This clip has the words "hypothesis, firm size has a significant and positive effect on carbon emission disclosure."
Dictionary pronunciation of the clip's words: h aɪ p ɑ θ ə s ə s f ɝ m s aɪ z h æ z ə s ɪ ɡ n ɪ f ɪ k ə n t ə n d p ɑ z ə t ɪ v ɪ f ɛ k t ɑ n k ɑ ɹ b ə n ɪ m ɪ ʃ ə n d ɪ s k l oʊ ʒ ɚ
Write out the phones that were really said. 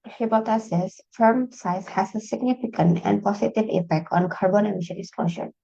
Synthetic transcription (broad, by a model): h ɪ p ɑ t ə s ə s f ɝ m s aɪ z h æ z ə s ɪ ɡ n ɪ f ɪ k ə n t ə n d p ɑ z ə t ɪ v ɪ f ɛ k t ɑ n k ɑ ɹ b ə n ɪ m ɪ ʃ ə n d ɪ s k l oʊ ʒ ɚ